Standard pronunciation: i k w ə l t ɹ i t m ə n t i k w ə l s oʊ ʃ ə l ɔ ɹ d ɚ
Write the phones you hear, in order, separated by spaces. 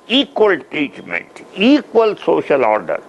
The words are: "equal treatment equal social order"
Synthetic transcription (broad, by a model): i k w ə l t i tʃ m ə n t i k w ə l s oʊ ʃ ə l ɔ ɹ d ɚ